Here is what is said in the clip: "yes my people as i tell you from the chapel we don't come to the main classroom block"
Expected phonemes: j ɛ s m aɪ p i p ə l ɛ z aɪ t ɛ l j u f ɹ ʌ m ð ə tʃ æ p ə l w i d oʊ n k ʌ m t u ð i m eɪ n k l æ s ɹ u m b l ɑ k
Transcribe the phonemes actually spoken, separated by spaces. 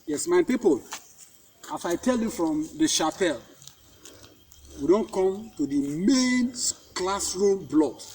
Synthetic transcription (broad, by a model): j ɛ s m aɪ p i p ə l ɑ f aɪ t ɛ l j u f ɹ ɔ m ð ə ʃ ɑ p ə l w i d oʊ n k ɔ m t u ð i m eɪ n k l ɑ s ɹ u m b l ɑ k